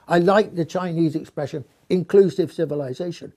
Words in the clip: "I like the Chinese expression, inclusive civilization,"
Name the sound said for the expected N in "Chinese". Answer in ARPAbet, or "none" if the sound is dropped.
N